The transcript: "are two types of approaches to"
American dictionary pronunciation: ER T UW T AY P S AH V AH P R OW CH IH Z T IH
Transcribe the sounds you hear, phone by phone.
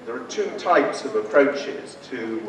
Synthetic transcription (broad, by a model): ER T UW T AY P S AH V AH P R OW CH IH Z T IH